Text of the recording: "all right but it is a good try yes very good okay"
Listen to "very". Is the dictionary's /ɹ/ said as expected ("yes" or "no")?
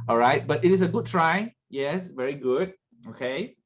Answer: yes